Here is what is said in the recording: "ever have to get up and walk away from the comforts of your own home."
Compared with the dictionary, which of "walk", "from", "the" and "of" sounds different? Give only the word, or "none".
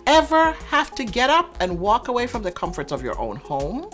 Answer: none